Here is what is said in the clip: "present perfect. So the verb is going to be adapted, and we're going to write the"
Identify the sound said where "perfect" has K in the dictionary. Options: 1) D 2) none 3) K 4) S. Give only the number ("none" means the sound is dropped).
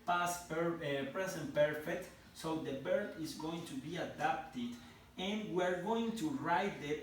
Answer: 3